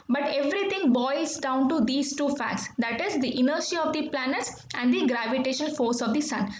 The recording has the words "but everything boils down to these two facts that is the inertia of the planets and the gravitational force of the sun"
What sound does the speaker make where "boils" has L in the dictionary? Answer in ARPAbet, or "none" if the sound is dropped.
none